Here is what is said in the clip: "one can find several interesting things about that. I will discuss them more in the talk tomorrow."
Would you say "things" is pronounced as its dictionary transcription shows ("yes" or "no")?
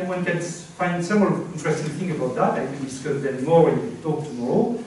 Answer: no